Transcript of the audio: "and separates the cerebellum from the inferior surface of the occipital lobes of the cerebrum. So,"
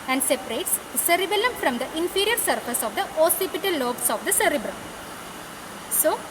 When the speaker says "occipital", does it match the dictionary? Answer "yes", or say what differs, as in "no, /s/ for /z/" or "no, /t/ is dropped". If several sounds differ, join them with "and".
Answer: no, /k/ is dropped